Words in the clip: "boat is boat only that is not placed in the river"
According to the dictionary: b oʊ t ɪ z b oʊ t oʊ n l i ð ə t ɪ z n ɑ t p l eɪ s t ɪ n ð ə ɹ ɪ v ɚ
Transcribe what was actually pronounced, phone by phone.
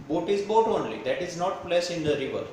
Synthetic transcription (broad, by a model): b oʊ t ɪ z b oʊ t oʊ n l i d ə t ɪ z n ɑ t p l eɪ s ɪ n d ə ɹ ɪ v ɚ